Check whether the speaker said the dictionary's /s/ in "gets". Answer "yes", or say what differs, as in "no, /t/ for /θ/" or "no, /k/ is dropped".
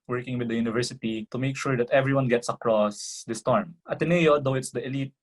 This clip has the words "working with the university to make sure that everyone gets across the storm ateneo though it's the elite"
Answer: yes